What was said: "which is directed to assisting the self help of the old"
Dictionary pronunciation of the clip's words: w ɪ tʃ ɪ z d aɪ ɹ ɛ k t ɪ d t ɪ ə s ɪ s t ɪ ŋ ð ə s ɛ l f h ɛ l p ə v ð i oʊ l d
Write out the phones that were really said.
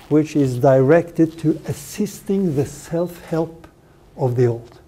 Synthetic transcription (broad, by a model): w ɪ tʃ ɪ z d aɪ ɹ ɛ k t ɪ d t ɪ ə s ɪ s t ɪ ŋ ð ə s ɛ l f h ɛ l p ə v ð i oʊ l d